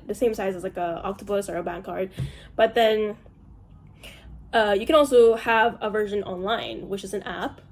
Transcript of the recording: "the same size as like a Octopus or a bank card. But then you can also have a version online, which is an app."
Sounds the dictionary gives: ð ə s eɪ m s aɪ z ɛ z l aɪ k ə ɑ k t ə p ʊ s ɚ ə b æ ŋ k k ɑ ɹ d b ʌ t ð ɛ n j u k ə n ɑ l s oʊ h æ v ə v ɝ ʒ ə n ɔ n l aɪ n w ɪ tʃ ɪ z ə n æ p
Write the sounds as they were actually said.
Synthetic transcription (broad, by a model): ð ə s eɪ m s aɪ z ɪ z l aɪ k ə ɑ k t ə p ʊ s ɚ ə b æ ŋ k k ɑ ɹ d b ʌ t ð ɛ n j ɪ k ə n ɑ l s oʊ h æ v ə v ɝ ʒ ə n ɔ n l aɪ n w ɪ tʃ ɪ z ə n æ p